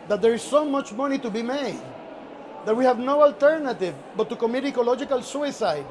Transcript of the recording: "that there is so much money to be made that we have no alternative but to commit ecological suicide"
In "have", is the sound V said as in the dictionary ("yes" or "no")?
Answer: yes